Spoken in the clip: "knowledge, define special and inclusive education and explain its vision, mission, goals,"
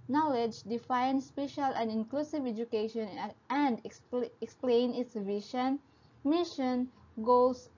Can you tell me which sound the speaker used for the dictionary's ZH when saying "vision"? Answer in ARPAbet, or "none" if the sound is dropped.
SH